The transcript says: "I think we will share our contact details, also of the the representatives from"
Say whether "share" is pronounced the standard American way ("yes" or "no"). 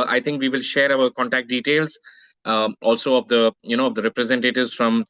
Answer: yes